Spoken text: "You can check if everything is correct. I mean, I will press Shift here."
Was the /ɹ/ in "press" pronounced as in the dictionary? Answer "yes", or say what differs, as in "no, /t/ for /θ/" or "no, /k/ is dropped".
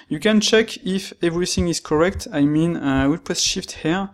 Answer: no, /ɹ/ is dropped